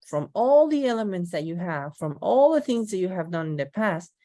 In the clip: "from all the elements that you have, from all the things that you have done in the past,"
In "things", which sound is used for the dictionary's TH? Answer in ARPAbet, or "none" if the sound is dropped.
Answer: TH